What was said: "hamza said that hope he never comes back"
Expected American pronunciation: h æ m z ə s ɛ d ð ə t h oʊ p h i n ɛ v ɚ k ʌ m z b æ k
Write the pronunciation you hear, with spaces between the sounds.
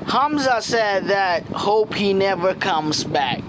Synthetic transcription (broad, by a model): h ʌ m z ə s ɛ d ð ə t h oʊ p h i n ɛ v ɚ k ʌ m z b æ k